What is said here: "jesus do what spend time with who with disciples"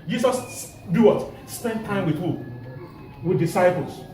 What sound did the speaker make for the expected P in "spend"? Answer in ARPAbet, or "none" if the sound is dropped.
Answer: P